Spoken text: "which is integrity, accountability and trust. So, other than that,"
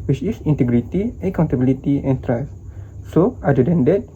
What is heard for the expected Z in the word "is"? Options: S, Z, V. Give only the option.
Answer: S